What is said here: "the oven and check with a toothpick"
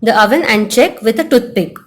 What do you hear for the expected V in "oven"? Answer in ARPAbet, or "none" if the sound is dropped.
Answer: V